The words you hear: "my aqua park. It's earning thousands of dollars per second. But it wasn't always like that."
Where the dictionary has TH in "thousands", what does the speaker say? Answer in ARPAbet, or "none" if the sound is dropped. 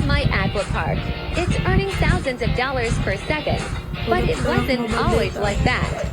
TH